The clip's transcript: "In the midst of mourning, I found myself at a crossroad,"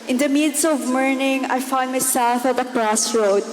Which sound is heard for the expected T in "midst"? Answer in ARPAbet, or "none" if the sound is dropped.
none